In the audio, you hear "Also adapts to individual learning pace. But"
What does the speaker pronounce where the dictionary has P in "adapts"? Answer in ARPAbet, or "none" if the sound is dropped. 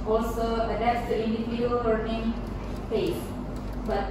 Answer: none